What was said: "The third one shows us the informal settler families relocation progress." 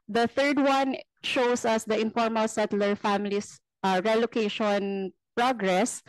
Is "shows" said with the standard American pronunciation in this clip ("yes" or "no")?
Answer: no